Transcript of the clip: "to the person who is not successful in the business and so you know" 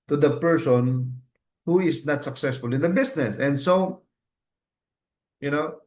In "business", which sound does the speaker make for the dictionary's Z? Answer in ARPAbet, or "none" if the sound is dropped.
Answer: S